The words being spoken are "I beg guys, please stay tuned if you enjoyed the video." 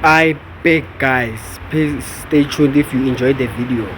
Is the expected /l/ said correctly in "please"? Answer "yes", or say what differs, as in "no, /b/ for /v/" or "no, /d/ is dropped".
no, /l/ is dropped